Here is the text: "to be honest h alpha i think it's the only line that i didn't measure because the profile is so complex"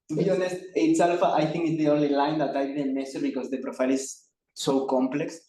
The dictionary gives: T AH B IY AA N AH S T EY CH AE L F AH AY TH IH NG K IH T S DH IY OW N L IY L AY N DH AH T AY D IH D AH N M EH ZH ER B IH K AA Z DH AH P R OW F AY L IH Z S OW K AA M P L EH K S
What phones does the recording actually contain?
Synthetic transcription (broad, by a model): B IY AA N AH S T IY S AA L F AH AY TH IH NG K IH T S DH IY OW N L IY L AY N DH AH T AY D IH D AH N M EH S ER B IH K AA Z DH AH P R OW F AY L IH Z S OW K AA M P L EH K S